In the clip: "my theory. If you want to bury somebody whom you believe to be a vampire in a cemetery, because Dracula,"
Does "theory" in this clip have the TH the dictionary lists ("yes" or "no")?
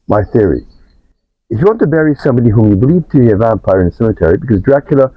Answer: yes